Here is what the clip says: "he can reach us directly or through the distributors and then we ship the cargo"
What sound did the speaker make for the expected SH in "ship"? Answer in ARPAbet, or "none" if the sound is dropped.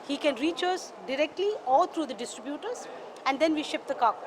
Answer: SH